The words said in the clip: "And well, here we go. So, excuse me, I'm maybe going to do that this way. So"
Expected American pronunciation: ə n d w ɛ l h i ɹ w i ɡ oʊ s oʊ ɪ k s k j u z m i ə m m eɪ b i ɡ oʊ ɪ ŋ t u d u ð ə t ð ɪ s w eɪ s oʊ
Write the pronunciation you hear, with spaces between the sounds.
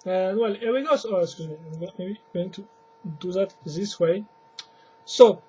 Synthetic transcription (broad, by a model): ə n w ɛ l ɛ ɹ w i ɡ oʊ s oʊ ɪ s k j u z m i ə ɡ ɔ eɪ i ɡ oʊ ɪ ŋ t u d u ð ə t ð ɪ s w eɪ s oʊ